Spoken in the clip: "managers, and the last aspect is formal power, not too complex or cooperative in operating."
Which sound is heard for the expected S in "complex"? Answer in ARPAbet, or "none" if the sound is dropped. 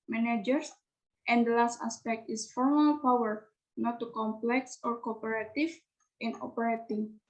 S